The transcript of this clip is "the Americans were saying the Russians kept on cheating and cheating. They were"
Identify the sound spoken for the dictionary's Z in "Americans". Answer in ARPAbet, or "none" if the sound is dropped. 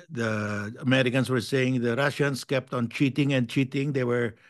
S